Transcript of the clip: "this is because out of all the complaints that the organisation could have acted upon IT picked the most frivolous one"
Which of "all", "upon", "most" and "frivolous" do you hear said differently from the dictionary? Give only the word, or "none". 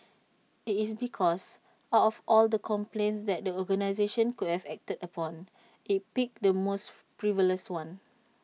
frivolous